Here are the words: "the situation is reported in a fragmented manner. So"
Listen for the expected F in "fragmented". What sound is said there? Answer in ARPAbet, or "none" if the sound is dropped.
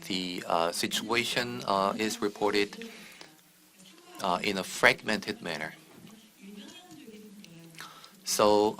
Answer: F